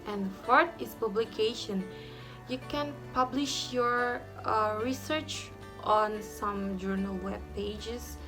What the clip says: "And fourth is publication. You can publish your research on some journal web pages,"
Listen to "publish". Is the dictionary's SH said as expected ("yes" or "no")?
yes